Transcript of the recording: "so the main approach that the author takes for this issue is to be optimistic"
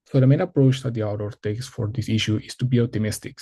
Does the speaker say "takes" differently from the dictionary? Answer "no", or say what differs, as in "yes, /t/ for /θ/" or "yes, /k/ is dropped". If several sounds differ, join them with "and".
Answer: no